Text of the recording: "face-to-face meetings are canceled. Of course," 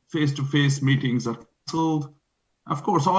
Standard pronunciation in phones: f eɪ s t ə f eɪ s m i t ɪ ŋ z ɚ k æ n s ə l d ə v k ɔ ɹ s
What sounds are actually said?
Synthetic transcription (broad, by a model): f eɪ s t ə f eɪ s m i t ɪ ŋ z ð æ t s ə l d ə v k ɔ ɹ s